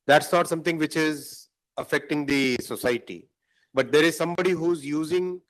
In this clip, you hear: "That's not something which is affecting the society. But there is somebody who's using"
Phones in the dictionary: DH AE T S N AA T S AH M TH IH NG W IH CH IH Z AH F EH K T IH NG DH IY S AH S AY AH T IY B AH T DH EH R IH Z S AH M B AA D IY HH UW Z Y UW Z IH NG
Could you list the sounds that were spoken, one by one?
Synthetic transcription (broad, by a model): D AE T S N AA T S AH M T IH NG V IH CH IH Z AH F EH K T IH NG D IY S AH S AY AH T IY B AH T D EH R IH Z S AH M B AA D IY HH UW Z Y UW Z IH NG